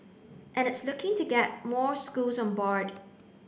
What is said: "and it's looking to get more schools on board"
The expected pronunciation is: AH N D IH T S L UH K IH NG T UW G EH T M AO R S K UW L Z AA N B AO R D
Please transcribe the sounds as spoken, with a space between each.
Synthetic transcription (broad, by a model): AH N IH T S L UH K IH NG T UW G EH T M AO R S K UW L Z AA N B AO R D